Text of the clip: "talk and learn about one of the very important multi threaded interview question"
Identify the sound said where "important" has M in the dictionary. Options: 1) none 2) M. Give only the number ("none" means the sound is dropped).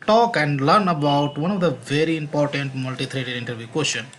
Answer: 2